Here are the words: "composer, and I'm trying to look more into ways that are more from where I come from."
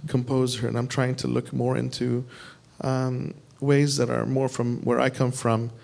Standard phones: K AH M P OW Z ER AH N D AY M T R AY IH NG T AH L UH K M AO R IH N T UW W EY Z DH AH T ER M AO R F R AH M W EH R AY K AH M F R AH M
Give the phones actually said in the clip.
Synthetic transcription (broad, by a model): K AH M P OW Z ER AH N AY M T R AY IH NG T AH L UH K M AO R IH N T UW W EY Z DH AH T ER M AO R F R AH M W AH R AY K AH M F R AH M